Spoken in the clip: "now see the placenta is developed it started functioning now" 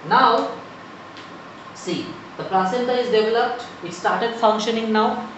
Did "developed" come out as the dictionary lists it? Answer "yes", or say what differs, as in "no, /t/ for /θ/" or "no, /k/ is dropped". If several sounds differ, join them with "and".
yes